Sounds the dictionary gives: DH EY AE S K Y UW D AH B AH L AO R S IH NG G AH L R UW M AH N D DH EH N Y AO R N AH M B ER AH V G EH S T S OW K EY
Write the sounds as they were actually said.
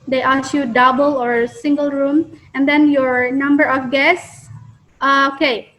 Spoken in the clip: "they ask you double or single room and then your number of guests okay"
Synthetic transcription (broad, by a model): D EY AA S Y UW D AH B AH L AO R S IH NG G AH L R UW M AH N D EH N Y AO R N AH M B ER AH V G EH S S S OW K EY